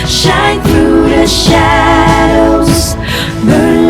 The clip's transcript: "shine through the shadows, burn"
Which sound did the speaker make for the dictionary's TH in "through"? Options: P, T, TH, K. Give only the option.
TH